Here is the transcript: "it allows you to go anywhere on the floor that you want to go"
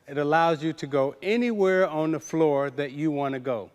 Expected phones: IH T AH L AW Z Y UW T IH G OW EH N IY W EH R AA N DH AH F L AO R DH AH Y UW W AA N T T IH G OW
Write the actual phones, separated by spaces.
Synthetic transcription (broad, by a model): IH T AH L AW Z Y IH T IH G OW EH N IY W EH R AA N DH AH F L AO R DH AH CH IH W AA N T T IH G OW